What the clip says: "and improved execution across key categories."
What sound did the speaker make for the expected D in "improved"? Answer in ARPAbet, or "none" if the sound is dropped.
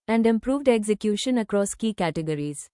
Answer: D